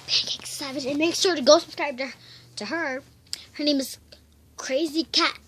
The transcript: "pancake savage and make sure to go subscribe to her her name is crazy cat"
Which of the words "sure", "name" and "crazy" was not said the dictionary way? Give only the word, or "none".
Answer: none